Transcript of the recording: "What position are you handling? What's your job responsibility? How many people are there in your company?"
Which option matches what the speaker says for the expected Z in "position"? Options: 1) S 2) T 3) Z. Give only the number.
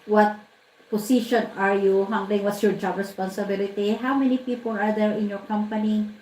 1